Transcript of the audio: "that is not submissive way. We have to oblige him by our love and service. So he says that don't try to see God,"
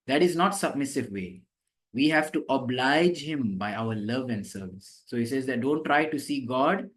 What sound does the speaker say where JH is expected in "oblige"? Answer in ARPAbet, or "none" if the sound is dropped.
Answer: JH